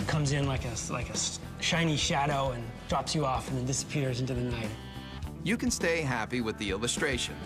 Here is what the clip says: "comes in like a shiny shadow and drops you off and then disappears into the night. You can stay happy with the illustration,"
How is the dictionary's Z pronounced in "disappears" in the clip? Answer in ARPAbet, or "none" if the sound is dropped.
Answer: Z